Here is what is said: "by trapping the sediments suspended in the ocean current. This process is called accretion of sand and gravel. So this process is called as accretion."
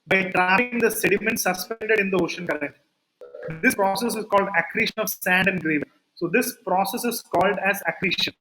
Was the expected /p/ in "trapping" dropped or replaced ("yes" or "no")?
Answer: yes